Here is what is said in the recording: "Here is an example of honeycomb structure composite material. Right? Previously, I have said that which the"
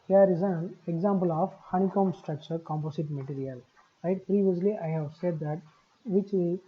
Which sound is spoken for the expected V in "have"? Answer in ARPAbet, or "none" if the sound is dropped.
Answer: V